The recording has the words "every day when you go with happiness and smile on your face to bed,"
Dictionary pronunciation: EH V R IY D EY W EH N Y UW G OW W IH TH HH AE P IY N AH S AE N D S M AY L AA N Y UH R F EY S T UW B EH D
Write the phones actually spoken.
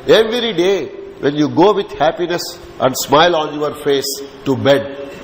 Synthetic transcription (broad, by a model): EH V R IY D EY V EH N Y UW G OW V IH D HH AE P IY N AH S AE N D S M AY L AA N Y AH R F EY S T UW B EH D